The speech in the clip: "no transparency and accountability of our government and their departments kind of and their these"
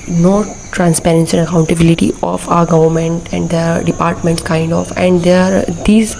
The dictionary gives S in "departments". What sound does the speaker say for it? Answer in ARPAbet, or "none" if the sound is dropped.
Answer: none